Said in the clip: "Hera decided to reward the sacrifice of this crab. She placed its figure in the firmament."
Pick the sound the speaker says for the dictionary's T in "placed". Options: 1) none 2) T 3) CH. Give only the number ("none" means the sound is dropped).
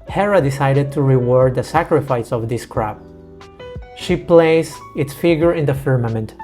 1